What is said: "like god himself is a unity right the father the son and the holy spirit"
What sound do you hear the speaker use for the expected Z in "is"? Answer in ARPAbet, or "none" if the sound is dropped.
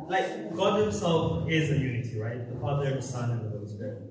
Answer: Z